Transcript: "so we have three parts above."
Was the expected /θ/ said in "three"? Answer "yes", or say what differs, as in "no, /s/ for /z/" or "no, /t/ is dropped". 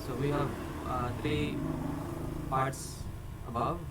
no, /t/ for /θ/